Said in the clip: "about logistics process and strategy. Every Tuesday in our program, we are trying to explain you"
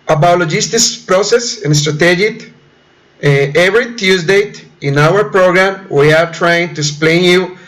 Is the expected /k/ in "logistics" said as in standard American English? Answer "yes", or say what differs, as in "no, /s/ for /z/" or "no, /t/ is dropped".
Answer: no, /k/ is dropped